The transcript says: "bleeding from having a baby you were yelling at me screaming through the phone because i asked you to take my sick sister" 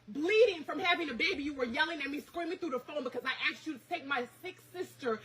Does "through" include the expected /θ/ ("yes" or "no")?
yes